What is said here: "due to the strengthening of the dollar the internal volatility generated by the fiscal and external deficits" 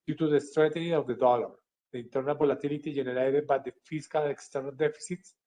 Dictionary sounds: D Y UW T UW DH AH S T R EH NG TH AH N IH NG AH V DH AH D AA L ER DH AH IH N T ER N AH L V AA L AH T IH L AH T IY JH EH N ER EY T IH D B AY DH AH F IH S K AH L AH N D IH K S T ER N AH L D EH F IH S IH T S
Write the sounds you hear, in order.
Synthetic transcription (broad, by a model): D Y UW T UW DH AH S T R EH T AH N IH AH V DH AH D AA L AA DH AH IH N T ER N AH L B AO L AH T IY L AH T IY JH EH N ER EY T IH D B AY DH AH F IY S K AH L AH K S T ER N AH L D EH F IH S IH T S